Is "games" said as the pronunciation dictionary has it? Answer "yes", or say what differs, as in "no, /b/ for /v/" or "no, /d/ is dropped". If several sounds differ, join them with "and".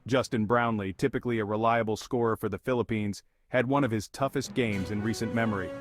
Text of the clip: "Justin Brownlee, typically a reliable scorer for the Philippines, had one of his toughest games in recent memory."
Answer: yes